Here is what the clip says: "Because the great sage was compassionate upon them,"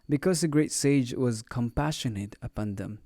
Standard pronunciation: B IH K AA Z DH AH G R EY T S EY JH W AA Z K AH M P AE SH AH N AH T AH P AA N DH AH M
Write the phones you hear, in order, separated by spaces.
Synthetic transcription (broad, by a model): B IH K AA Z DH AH G R EY T S EY JH W AA Z K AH M P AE SH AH N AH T AH P AA N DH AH M